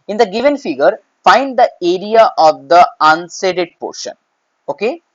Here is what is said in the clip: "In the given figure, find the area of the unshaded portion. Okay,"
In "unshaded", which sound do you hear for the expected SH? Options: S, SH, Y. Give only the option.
S